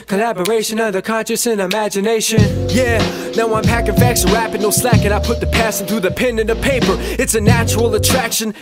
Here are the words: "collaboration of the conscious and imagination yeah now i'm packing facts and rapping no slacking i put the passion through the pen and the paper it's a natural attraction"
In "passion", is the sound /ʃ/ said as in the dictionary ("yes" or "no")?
no